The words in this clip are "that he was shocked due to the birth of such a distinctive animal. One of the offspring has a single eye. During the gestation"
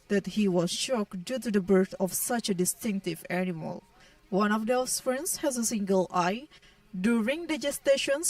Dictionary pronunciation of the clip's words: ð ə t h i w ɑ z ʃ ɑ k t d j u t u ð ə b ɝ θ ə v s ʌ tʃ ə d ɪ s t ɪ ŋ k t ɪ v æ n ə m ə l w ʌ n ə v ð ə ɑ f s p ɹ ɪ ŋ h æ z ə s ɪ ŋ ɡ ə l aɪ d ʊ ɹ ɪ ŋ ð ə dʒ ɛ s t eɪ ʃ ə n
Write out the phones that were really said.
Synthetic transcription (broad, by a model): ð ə t h i w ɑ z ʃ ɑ k d j u t u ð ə b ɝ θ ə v s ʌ tʃ ə d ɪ s t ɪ ŋ k t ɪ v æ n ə m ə l w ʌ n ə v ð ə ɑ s f ɹ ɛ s h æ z ə s ɪ ŋ ɡ ə l aɪ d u ɹ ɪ ŋ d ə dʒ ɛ s t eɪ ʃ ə n